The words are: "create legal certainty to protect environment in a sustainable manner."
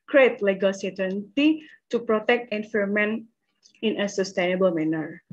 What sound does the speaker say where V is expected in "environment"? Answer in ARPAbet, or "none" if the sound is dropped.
F